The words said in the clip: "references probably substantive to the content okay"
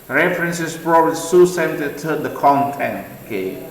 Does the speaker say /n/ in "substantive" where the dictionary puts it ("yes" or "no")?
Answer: no